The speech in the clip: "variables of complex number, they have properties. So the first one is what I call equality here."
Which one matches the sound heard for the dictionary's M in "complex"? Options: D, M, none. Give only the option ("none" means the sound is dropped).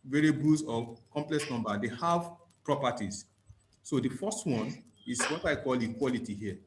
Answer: M